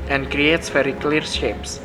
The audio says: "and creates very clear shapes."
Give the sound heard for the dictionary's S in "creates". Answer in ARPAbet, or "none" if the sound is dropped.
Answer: S